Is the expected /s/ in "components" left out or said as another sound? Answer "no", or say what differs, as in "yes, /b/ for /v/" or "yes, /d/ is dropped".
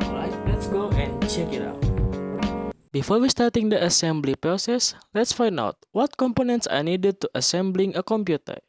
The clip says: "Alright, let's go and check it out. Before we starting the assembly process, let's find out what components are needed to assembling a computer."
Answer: no